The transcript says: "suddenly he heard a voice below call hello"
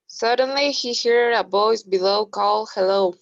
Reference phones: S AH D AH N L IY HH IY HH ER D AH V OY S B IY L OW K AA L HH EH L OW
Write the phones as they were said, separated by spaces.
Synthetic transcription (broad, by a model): S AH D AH N L IY HH IY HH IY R AH B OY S B IY L OW K AA L HH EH L OW